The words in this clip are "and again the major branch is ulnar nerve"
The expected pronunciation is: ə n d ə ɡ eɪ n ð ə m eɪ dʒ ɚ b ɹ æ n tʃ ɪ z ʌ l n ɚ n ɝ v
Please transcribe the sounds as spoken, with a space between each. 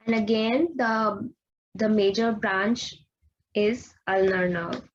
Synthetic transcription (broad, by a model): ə n d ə ɡ eɪ n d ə m eɪ dʒ ɚ b ɹ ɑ n tʃ ɪ z ʌ l n ɚ n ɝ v